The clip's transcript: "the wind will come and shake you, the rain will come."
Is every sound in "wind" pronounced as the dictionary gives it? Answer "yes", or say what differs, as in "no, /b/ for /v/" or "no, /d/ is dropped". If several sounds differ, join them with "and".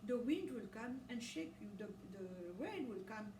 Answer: yes